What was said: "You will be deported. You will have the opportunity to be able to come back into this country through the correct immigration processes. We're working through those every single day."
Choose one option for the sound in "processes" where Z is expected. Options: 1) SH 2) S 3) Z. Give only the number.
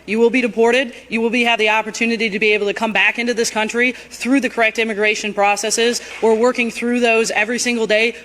3